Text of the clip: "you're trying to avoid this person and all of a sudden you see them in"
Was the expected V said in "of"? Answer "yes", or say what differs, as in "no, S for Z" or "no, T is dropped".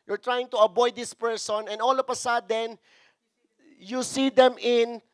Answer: no, P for V